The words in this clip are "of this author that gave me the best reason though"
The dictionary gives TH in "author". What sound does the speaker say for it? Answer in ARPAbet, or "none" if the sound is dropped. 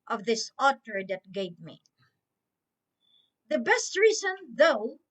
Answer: T